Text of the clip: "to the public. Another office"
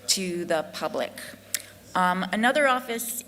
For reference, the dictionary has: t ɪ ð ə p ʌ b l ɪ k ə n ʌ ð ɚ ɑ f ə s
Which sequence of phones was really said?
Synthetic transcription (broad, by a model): t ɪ ð ə p ʌ b l ɪ k ə n ʌ ð ɚ ɑ f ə s